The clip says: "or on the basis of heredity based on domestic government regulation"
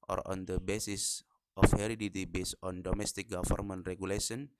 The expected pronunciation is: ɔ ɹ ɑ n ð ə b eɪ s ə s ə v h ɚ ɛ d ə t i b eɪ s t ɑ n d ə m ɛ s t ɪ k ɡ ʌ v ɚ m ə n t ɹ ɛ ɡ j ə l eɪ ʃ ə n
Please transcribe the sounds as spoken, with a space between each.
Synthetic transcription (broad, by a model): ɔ ɹ ɑ n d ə b eɪ s ə s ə f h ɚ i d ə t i b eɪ s ɑ n d ə m ɛ s t ɪ k ɡ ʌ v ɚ m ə n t ɹ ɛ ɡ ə l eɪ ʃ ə n